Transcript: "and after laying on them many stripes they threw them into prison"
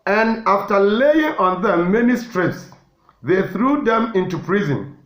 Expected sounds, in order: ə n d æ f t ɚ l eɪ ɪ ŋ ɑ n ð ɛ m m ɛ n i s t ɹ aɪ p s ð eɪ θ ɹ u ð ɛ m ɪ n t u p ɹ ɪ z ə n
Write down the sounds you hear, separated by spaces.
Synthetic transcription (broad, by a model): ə n d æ f t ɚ l eɪ ɪ ŋ ɑ n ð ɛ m m ɛ n i s t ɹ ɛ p s ð eɪ θ ɹ u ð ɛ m ɪ n t u p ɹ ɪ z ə n